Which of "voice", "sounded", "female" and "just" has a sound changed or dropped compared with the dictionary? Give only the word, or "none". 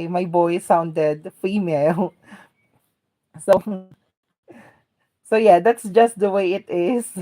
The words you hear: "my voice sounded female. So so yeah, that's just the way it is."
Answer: voice